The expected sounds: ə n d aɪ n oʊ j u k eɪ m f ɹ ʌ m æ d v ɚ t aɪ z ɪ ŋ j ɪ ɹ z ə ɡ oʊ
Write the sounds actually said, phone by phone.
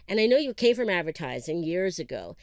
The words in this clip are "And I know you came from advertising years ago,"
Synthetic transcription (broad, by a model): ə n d aɪ n oʊ j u k eɪ m f ɹ ʌ m æ d v ɚ t aɪ z ɪ ŋ j ɪ ɹ z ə ɡ oʊ